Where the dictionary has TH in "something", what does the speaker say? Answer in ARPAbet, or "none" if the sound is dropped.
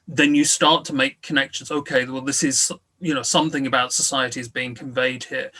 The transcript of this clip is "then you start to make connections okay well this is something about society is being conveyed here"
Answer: TH